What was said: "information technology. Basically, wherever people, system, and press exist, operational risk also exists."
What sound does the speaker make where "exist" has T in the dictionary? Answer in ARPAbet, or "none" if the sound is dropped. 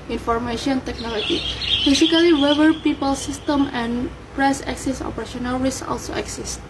none